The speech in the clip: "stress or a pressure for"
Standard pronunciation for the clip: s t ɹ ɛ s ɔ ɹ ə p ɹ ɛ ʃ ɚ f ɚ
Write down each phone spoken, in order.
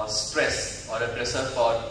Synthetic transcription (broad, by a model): s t ɹ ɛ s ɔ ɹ ə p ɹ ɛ s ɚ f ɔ